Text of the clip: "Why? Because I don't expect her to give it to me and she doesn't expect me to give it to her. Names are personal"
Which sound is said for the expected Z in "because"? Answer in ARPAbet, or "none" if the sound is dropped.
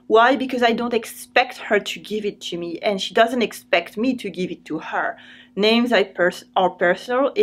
Z